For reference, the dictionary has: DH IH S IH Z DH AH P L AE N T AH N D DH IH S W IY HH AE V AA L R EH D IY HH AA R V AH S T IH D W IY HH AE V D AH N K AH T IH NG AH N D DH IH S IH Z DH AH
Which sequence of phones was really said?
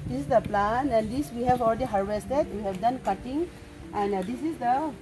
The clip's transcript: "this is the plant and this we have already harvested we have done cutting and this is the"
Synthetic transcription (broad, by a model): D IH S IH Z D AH P L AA N AH N D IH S W IY HH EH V AA L R EH D IY HH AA R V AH S T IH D W IY HH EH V D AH N K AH T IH NG AH N D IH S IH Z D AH